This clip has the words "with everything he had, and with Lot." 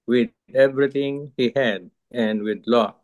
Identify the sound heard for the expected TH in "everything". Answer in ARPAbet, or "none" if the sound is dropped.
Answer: T